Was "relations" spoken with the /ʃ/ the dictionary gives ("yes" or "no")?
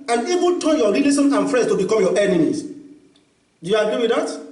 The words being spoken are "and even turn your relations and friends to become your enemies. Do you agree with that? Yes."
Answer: no